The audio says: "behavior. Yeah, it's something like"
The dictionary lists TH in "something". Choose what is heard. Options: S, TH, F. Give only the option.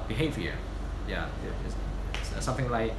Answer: TH